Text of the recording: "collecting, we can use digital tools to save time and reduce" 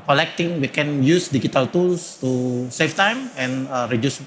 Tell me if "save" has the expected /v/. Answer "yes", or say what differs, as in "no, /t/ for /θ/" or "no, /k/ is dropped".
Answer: no, /f/ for /v/